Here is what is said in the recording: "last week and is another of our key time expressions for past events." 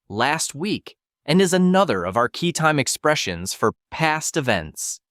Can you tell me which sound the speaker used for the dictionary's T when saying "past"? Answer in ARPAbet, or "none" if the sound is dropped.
T